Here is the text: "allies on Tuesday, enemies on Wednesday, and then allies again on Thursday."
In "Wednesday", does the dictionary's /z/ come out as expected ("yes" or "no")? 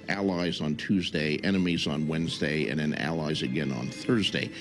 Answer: yes